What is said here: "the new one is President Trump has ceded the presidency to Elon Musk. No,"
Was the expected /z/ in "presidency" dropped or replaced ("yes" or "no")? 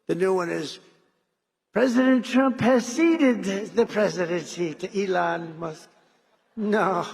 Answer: no